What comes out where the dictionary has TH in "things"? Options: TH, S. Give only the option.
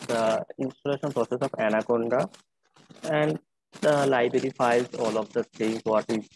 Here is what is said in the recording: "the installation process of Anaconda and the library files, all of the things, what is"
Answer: S